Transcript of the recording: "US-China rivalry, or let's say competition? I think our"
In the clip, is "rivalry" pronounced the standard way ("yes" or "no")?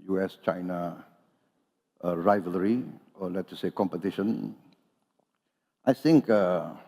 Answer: yes